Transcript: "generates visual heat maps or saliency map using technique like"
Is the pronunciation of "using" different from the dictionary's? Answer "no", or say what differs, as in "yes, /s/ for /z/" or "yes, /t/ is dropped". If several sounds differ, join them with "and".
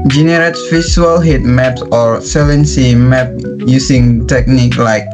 yes, /s/ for /z/